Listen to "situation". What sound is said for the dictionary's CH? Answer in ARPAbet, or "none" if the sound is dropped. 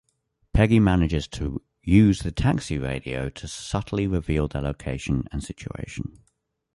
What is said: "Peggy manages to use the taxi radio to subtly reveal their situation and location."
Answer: none